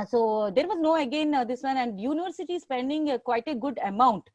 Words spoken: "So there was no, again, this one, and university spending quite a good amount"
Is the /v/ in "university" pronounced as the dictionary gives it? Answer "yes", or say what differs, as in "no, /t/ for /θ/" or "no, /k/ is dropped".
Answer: yes